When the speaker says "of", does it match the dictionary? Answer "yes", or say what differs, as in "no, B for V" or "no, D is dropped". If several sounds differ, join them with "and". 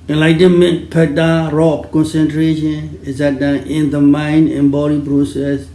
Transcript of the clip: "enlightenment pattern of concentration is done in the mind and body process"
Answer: no, P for V